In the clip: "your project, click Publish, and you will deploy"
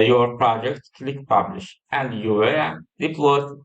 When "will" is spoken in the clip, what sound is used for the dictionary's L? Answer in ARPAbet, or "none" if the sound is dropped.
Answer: N